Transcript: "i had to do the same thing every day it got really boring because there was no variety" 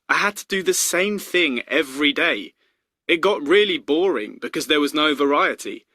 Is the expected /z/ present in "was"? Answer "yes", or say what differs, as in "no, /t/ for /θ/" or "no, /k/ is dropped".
yes